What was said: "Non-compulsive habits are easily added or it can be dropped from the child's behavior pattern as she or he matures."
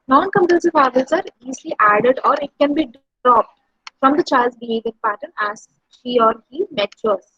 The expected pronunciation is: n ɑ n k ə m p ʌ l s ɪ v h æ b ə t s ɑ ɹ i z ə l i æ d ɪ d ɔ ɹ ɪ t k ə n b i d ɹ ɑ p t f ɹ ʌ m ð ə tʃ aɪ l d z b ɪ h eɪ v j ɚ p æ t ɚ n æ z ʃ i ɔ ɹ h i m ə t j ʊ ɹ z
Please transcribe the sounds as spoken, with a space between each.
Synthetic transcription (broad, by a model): n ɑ n k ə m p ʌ s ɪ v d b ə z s ɑ ɹ i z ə l i æ d ɪ d ɔ ɹ ɪ t k ə n b i d ɹ ɑ p t f ɹ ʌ m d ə tʃ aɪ l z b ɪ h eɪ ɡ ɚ p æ t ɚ n æ z ʃ i ɔ ɹ h i m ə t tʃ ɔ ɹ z